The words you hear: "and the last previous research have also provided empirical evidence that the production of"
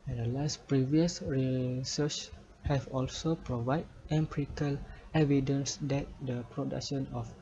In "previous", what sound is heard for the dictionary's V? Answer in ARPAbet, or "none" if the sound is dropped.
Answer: V